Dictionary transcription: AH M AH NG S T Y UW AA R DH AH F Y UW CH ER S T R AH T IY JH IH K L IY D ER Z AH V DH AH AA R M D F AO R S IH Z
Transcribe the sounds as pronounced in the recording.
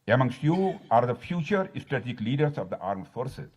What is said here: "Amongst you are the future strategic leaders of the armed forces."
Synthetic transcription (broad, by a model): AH M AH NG S T Y UW AA R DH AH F Y UW CH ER S T AH T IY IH K L IY D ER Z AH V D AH AA R M D F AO R S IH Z